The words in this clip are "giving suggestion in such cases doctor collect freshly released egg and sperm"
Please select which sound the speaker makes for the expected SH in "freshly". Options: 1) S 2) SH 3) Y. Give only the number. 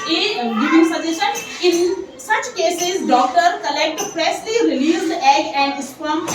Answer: 1